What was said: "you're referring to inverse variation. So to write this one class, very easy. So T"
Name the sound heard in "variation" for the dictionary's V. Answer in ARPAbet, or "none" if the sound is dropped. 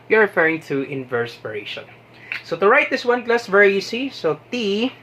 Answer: P